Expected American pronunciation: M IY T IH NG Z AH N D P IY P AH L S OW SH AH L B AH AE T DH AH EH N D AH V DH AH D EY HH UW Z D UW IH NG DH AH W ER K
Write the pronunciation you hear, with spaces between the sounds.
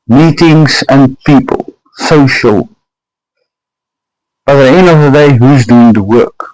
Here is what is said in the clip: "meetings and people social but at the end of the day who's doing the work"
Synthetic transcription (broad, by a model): M IY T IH NG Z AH N P IY P AH L S OW SH AH L B AH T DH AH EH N AH V DH AH D EY HH UW Z D UW IH NG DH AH W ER K